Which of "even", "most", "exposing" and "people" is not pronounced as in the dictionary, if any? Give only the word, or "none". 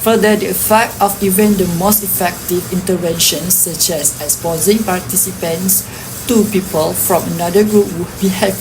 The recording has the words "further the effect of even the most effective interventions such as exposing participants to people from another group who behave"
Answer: exposing